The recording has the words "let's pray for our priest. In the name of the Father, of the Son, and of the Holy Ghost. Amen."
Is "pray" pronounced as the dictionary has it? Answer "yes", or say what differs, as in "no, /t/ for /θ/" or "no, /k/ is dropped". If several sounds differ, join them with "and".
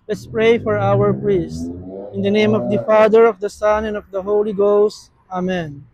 yes